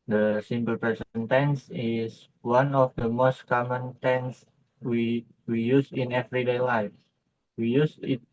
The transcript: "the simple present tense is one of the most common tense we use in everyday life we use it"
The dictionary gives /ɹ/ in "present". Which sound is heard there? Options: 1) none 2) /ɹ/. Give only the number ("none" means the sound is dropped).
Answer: 1